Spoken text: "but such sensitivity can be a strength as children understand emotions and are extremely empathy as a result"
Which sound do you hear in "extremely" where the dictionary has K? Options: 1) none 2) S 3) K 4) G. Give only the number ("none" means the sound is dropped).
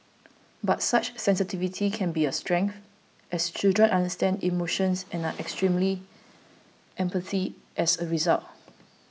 3